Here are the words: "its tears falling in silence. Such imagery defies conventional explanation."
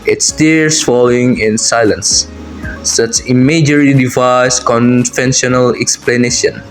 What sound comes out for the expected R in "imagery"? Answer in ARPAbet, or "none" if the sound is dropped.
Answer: L